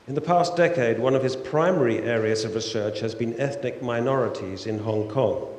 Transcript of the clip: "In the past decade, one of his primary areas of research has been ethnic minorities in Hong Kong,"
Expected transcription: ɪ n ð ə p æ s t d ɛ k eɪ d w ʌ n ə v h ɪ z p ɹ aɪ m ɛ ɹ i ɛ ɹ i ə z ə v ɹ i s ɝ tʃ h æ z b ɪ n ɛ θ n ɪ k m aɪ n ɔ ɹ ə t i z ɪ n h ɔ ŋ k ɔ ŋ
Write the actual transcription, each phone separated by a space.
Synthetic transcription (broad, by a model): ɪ n ð ə p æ s d ɛ k eɪ d w ʌ n ə v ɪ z p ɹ aɪ m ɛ ɹ i ɛ ɹ i ə z ə v ɹ i s ɝ tʃ h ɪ z b ɪ n ɛ θ n ɪ k m aɪ n ɔ ɹ ə t i z ɪ n h ɔ ŋ k ɔ ŋ